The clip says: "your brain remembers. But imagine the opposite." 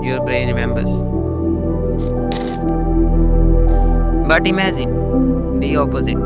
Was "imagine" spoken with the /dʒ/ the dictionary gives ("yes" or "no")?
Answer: no